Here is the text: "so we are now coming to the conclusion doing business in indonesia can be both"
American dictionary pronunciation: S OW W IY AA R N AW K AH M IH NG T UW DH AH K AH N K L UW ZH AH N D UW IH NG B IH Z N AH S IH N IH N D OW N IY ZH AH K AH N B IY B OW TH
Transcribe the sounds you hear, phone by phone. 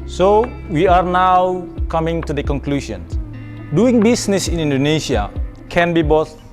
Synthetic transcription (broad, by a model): S OW W IY AA R N AW K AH M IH NG T UW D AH K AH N K L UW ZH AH N D UW IH NG B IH S N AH S IH N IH N D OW N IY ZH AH K AH N B IY B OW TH